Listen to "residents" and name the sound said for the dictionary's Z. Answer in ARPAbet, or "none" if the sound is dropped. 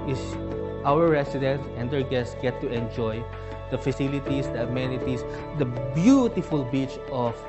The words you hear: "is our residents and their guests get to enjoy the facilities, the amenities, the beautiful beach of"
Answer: S